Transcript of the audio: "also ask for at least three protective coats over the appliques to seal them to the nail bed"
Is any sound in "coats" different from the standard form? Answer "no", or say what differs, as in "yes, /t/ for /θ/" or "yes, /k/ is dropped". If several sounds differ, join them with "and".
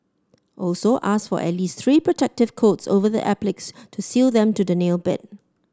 no